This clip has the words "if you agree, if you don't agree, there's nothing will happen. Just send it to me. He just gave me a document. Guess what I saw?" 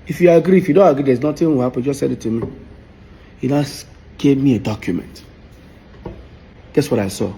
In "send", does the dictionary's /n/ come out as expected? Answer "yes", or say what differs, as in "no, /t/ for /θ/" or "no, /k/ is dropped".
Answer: no, /n/ is dropped